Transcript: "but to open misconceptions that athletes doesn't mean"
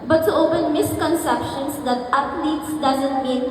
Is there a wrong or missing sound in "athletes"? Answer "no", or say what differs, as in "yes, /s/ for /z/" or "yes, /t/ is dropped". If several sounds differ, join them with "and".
yes, /t/ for /θ/